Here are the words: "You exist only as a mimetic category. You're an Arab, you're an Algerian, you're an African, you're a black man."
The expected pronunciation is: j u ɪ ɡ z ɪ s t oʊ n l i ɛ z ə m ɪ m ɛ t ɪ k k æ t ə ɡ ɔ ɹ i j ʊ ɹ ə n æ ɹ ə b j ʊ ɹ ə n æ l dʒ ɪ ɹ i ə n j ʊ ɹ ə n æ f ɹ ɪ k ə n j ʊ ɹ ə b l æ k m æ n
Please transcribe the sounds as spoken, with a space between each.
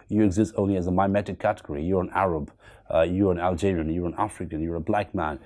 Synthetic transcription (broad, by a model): j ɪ ɪ ɡ z ɪ s t oʊ n l i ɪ z ə m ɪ m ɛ t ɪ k k æ t ə ɡ ɔ ɹ i j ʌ ɹ ə n æ ɹ ə b j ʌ ɹ ə n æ l dʒ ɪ ɹ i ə n j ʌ ɹ ə n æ f ɹ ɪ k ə n j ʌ ɹ ə b l æ k m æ n